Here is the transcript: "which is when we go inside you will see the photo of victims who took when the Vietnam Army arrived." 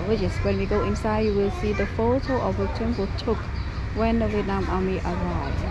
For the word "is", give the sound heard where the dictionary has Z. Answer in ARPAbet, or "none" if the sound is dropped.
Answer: S